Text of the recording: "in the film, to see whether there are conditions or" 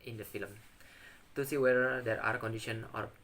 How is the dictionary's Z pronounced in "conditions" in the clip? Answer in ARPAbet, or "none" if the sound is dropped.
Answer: none